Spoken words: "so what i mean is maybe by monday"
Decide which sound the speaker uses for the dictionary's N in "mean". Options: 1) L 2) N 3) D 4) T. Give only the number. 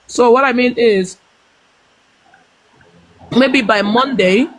2